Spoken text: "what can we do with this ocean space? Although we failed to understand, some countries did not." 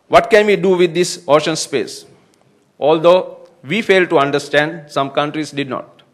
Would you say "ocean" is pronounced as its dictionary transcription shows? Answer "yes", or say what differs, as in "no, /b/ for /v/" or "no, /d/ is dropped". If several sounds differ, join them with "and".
yes